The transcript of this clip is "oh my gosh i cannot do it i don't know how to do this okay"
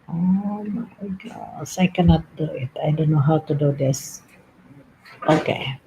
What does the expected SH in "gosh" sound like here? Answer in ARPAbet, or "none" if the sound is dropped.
S